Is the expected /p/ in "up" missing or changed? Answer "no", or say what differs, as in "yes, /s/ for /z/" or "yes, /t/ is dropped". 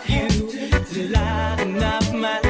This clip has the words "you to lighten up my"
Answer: yes, /f/ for /p/